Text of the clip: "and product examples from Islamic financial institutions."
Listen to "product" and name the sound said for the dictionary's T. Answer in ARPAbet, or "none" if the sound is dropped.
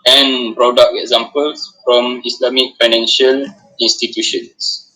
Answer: none